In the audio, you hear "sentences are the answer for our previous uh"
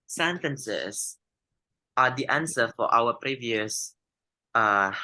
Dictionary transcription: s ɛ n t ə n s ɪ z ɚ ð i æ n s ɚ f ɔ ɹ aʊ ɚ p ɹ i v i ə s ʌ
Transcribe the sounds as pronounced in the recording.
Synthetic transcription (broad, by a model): s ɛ n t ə n s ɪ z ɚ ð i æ n s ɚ f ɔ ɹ aʊ ɚ p ɹ i v i ə s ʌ